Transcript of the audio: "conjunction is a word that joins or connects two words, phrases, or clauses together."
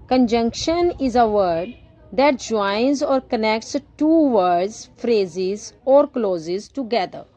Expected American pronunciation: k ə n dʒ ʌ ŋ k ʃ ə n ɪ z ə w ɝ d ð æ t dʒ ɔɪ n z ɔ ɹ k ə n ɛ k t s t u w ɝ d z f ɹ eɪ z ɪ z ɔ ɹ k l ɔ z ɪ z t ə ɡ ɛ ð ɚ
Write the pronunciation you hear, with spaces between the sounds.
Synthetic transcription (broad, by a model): k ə n dʒ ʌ ŋ k ʃ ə n ɪ z ə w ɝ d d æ t dʒ ɔɪ n z ɔ ɹ k ə n ɛ k t s t u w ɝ d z f ɹ eɪ z ɪ z ɔ ɹ k l ɔ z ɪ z t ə ɡ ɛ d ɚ